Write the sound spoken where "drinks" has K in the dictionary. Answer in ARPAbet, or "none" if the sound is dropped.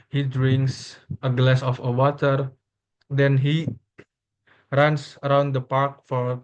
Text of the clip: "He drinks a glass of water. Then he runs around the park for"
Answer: K